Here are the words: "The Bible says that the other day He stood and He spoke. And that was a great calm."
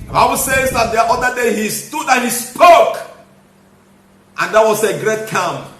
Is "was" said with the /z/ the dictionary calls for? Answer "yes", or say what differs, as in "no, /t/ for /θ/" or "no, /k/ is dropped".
no, /s/ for /z/